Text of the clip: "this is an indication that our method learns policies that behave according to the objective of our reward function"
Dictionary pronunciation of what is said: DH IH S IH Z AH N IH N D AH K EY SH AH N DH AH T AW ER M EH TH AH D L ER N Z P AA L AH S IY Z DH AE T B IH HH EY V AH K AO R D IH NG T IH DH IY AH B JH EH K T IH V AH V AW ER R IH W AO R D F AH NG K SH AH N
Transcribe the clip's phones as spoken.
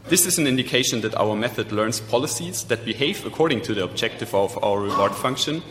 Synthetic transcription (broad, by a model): DH IH S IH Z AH N IH N D AH K EY SH AH N DH AH T AW ER M EH TH AH D L ER N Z P AA L AH S IY Z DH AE T B IH HH EY V AH K AO R D IH NG T IH DH IY AH B JH EH K T IH V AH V AW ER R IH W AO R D F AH NG K SH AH N